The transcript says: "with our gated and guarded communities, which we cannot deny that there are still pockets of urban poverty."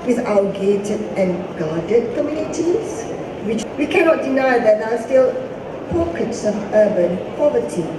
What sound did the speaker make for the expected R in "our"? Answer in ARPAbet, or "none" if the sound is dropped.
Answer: L